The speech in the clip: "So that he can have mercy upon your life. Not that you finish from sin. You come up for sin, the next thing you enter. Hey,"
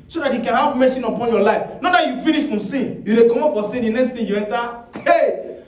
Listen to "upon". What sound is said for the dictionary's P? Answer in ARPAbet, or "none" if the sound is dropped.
P